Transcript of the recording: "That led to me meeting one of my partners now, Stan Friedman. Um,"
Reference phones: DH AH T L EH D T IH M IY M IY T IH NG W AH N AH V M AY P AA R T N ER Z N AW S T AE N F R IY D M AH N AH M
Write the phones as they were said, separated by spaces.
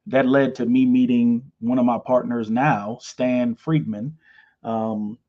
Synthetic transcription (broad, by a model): DH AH T L EH D T IH M IY M IY T IH NG W AH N AH V M AY P AA R T N ER Z N AW S T AE N F R IY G M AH N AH M